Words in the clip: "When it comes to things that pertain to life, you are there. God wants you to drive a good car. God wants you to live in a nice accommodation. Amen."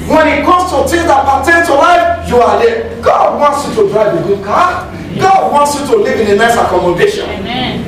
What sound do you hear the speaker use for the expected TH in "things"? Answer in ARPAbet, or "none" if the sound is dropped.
T